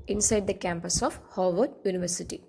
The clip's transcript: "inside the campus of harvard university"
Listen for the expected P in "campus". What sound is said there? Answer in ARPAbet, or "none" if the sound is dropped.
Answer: P